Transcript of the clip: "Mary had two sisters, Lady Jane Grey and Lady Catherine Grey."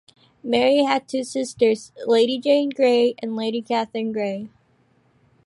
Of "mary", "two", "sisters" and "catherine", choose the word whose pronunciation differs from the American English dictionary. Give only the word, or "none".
none